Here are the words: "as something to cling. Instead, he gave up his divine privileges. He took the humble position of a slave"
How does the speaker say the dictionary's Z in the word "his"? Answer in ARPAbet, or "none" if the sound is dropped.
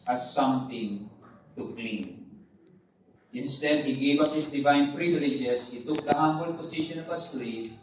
S